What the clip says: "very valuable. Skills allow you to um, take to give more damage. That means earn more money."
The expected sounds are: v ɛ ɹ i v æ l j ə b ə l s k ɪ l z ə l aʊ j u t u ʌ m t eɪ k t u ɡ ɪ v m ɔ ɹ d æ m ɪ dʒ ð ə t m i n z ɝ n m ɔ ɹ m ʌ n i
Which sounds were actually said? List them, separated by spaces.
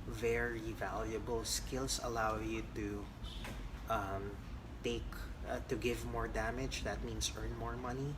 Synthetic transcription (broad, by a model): v ɛ ɹ i v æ l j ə b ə l s k ɪ l s ə l aʊ j u t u ʌ m t eɪ k t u ɡ ɪ v m ɔ ɹ d æ m ɪ dʒ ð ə t m i n s ɝ n m ɔ ɹ m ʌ n i